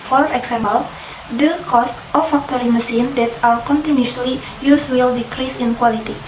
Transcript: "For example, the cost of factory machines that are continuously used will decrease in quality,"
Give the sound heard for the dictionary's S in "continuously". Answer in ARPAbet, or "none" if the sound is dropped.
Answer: none